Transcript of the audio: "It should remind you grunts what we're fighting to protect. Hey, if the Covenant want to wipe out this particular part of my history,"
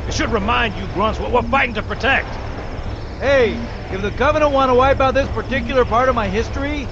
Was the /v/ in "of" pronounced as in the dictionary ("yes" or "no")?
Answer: yes